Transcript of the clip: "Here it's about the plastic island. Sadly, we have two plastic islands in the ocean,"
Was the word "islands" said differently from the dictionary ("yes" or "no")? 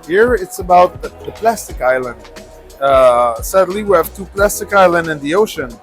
yes